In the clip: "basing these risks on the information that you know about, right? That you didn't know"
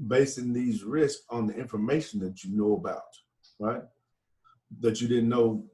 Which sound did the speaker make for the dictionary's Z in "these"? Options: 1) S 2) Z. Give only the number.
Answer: 2